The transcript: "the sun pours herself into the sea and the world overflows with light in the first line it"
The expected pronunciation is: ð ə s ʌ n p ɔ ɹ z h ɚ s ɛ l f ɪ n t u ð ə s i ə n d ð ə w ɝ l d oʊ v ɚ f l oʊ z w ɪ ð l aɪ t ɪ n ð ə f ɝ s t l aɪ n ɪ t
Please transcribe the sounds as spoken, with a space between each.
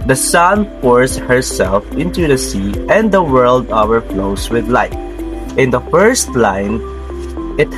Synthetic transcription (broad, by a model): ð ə s ʌ n f ɔ ɹ s h ɚ s ɛ l f ɪ n t u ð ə s i ə n d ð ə w ɝ l d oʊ w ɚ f l oʊ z w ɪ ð l aɪ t ɪ n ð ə f ɝ s t l aɪ n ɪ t